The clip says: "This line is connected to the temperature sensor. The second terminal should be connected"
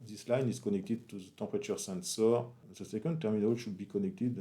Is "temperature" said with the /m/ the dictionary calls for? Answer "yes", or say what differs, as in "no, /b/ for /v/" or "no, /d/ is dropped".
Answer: no, /m/ is dropped